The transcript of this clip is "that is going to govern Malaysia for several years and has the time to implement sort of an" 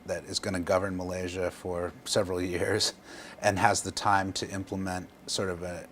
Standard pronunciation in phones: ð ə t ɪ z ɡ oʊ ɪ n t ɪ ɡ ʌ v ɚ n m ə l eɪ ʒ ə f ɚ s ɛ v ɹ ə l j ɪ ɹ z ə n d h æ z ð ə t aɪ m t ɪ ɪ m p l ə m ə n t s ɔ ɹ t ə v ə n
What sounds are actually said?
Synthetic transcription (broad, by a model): ð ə t ɪ z ɡ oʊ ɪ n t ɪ ɡ ʌ v ɚ n m ə l eɪ ʒ ə f ɚ s ɛ v ɹ l j ɪ ɹ z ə n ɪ z ð ə t aɪ m t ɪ ɪ m p l ə m ə n t s ɔ ɹ t ə v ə